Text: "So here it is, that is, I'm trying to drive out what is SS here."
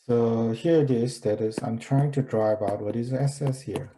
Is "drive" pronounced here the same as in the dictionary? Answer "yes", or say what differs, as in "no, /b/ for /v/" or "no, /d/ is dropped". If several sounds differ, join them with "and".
no, /b/ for /v/